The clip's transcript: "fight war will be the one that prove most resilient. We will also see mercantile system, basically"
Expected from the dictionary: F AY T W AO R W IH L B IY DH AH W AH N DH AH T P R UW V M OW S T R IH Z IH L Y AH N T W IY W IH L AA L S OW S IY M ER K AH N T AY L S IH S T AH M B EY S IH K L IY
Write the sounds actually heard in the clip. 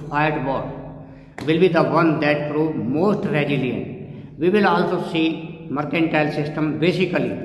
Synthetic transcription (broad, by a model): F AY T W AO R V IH L B IY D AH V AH N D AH T P R UW V M OW S T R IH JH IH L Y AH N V IY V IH L AA L S OW S IY M ER K AH N T AY L S IH S T AH M B EY S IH K L IY